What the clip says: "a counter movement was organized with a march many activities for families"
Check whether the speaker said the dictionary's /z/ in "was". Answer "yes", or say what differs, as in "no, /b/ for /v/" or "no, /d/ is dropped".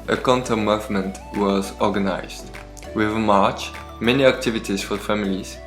yes